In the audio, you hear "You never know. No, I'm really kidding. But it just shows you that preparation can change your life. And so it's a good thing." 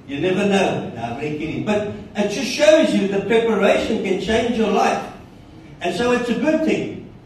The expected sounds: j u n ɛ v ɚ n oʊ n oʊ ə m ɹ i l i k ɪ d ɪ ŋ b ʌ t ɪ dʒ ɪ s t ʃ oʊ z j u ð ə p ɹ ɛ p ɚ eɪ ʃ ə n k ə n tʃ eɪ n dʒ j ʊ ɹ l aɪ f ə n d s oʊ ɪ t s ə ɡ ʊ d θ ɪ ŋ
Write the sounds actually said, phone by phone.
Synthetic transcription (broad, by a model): j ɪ n ɛ v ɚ n oʊ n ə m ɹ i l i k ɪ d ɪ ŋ b ʌ t ɪ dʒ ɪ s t ʃ oʊ z j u ð ə p ɹ ɛ p ɚ eɪ ʃ ə n k ə n tʃ eɪ n dʒ j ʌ ɹ l aɪ f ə n s oʊ ɪ t s ə ɡ ʊ d θ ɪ ŋ